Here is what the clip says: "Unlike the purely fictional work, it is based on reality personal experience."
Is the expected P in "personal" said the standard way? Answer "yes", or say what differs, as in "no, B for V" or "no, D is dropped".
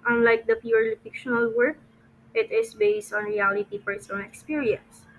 no, F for P